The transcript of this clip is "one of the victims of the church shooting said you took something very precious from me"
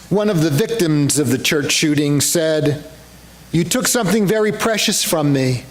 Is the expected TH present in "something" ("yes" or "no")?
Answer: yes